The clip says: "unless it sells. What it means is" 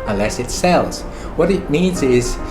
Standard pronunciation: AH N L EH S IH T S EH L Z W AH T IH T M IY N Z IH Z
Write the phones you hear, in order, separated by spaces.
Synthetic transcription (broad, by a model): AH N L EH S IH T S EH L Z W AH T IH T M IY N Z IH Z